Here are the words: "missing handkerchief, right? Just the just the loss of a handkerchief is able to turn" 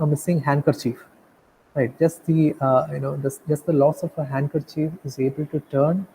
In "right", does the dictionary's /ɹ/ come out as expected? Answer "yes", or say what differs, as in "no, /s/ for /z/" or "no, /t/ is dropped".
yes